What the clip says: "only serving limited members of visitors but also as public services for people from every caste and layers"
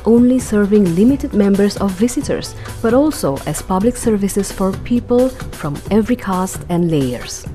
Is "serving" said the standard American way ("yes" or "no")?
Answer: yes